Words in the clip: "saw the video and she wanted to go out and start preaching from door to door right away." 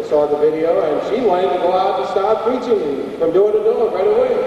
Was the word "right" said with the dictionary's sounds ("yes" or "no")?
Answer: yes